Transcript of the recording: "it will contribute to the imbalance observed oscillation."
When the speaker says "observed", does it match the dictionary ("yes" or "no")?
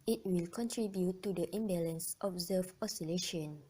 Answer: no